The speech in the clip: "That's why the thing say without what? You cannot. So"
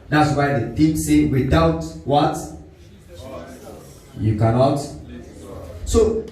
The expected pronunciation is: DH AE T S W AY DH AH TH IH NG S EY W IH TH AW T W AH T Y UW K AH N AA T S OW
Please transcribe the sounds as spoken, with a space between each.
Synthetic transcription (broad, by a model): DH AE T S W AY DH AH T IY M S EY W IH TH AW T W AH T Y UW K AH N AA T S OW